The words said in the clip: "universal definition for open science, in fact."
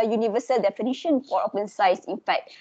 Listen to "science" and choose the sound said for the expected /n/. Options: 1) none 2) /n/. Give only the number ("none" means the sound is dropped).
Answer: 1